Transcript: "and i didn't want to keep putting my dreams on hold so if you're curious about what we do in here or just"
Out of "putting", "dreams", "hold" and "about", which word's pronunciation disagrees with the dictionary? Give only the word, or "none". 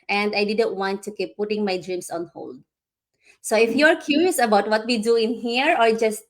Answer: dreams